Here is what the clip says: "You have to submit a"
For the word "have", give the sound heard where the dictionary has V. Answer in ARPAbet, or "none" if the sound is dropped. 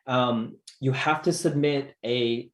F